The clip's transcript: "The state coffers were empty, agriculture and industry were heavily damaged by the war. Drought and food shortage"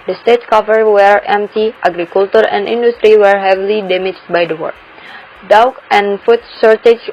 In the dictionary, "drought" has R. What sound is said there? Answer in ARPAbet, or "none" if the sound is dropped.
none